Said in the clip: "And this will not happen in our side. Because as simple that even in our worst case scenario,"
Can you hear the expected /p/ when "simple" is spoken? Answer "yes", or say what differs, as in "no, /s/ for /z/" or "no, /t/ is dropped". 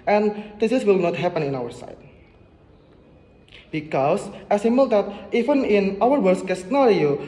no, /p/ is dropped